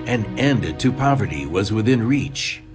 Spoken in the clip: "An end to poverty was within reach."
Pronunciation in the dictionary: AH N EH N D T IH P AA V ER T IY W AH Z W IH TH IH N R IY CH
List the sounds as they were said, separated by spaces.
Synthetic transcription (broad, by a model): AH N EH N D T IH P AA V ER T IY W AH Z W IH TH IH N R IY CH